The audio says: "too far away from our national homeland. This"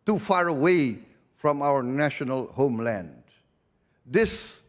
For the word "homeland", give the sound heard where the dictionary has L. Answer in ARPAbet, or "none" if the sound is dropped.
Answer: L